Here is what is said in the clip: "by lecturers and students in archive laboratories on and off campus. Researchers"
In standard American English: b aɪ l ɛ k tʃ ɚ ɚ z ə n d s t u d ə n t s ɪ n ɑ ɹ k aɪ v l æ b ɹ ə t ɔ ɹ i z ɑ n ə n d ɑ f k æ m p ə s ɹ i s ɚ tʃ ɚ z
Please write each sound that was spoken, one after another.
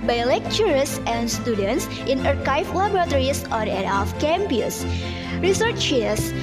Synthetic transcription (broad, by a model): b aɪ l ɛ k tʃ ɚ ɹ s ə n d s t u d ə n t s ɪ n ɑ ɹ k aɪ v l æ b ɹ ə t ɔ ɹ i s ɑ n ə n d ɑ f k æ m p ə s ɹ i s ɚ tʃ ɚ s